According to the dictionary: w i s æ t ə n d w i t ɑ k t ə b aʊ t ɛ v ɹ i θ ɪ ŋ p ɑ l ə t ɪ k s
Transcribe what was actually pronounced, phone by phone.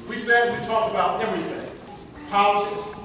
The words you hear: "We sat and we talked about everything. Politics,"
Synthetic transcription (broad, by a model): w i s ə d w i t ɑ k ə b aʊ t ɛ v ɹ i θ ɪ ŋ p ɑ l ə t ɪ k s